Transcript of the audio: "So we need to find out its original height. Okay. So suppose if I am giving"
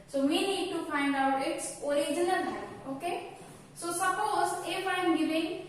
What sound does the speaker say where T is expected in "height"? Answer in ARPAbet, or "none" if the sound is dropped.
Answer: none